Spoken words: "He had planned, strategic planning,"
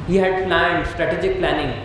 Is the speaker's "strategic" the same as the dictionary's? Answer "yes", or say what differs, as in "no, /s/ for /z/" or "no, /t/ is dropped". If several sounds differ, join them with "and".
yes